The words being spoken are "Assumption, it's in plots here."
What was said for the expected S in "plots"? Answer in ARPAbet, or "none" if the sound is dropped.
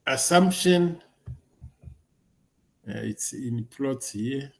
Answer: none